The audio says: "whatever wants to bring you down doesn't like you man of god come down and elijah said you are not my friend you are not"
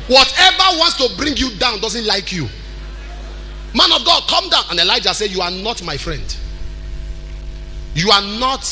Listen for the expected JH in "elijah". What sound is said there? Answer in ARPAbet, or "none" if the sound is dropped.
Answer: JH